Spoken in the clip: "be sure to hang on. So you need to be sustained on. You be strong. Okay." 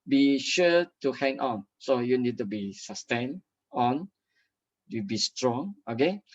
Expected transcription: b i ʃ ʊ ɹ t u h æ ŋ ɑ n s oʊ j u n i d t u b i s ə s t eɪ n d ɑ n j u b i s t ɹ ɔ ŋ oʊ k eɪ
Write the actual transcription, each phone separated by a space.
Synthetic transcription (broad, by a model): b i ʃ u t u h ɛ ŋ ɑ n s oʊ j u n i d t u b i s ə s t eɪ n ɑ n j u b i s t ɹ ɔ ŋ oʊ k eɪ